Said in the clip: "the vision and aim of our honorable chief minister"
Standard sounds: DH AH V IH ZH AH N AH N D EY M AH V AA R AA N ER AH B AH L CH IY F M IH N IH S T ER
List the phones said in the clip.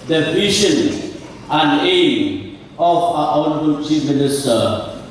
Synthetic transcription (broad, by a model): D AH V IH SH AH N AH N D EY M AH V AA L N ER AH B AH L CH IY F M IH N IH S T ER